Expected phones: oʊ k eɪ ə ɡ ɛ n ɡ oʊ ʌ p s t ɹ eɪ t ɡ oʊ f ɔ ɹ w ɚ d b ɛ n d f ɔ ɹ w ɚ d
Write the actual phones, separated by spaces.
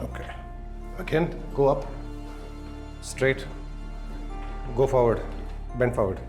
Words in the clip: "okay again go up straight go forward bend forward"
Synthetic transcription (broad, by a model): oʊ k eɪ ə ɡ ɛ n ɡ oʊ ʌ p s t ɹ eɪ t ɡ oʊ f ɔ ɹ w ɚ d b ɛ n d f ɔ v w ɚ d